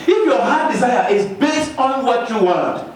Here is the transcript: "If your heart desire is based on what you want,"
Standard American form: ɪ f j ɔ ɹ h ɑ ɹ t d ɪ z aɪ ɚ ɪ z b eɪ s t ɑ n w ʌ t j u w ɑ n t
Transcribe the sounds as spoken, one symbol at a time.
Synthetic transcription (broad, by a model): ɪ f j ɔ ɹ h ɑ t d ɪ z aɪ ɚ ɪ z b eɪ s t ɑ n w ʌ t j u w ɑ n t